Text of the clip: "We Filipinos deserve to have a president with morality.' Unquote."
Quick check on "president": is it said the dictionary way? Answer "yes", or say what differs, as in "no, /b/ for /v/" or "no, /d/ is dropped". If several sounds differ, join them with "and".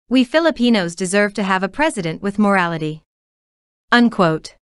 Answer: yes